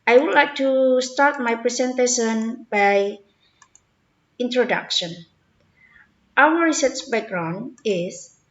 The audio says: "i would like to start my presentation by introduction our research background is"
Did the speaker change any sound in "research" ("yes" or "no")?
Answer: yes